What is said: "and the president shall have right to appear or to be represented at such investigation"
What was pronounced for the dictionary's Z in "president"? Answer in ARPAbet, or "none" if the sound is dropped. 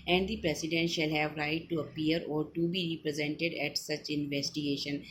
S